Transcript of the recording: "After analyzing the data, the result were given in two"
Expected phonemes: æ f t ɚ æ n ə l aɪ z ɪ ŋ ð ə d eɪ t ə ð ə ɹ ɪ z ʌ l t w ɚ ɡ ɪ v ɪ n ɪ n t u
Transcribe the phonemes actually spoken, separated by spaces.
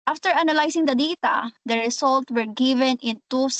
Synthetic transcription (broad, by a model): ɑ f t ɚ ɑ n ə l aɪ s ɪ ŋ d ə d eɪ t ə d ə ɹ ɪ s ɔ l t w ɚ ɡ ɪ v ɪ n ɪ n t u